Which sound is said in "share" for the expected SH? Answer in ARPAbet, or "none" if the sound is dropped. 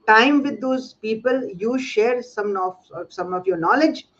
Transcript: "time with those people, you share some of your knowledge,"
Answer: SH